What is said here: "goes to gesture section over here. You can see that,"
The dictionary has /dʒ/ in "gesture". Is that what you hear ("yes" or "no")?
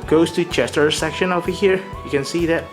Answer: no